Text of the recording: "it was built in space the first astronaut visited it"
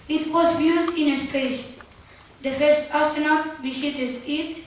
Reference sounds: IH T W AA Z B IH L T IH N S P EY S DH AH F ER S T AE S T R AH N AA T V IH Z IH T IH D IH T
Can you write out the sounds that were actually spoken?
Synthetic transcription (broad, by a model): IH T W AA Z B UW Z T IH N S P EY S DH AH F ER S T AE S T AH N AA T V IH S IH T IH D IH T